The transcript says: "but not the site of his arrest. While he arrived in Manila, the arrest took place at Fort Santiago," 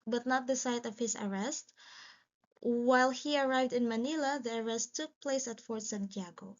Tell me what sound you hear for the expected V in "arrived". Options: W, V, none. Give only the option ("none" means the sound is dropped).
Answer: V